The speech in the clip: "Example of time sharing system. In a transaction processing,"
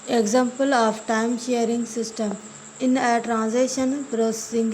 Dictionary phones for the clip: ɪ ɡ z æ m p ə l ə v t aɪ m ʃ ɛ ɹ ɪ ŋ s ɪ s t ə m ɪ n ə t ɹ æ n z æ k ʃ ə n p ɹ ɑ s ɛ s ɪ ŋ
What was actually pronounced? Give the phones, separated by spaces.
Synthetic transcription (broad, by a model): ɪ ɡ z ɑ m p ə l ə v t aɪ m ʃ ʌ ɹ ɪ ŋ s ɪ s t ə m ɪ n ə t ɹ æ n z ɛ ʃ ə n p ɹ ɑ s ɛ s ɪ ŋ